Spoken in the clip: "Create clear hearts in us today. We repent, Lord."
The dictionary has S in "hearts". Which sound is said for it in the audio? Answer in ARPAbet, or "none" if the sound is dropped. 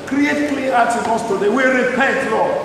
none